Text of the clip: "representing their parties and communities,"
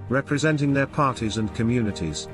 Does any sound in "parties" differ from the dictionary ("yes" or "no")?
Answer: no